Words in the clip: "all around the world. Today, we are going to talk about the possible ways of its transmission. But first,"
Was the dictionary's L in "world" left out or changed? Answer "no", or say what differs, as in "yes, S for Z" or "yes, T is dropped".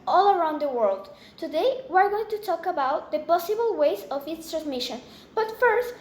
no